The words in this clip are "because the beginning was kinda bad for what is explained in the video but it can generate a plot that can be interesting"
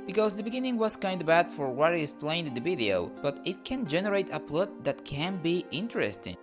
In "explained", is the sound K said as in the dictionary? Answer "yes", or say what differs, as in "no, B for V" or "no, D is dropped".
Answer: no, K is dropped